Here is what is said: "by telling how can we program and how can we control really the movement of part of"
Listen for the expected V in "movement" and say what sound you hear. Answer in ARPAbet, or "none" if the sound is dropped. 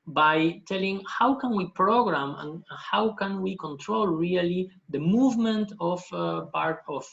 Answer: V